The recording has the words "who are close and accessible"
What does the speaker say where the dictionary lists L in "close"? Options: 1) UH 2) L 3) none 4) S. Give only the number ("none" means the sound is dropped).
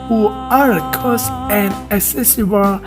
3